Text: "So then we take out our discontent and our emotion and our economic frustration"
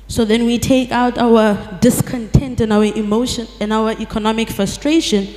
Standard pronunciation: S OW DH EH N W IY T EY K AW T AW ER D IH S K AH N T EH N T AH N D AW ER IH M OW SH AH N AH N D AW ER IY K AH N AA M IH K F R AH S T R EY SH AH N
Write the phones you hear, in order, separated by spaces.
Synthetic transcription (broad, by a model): S OW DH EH N W IY T EY K AW T AW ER D IH S K AH N T EH N T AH N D AW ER IH M OW SH AH N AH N AW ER IY K AH N AA M IH K F R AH S T R EY SH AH N